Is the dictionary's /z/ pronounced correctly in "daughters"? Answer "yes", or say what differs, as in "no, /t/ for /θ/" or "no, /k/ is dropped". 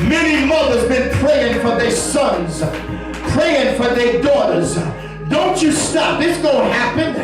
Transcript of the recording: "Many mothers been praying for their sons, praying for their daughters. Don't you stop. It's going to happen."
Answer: yes